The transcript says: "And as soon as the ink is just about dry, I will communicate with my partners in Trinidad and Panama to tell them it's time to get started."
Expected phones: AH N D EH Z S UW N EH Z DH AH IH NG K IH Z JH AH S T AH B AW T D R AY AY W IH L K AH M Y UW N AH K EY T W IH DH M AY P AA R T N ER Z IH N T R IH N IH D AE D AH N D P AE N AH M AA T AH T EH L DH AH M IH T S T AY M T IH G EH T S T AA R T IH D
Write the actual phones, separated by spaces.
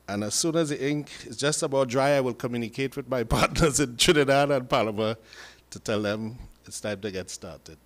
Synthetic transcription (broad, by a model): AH N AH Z S UW N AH Z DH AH IH NG K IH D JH AH S T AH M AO D R AY AY W IH L K AH M Y UW N AH K EY T W IH DH M AY P AA R T N ER Z IH N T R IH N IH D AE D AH N P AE L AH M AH T AH T EH L DH AH M IH T S T AY M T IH G EH T S T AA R T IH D